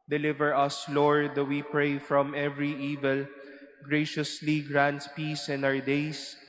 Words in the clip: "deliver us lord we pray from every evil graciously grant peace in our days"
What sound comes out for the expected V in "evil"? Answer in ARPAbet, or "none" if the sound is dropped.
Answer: V